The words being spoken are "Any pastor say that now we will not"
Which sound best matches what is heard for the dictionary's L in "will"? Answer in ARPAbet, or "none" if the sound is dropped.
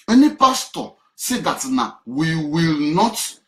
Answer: L